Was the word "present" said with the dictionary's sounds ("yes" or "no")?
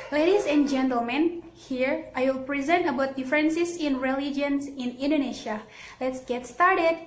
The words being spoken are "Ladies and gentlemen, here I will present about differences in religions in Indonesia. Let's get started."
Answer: yes